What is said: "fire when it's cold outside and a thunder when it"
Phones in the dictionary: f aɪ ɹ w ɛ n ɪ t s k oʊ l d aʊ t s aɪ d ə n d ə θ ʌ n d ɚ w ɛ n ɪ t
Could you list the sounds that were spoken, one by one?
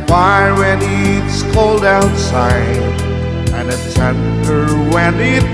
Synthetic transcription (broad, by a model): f aɪ w ɛ n ɪ t s k oʊ l d aʊ t s aɪ d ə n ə s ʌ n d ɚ w ɛ n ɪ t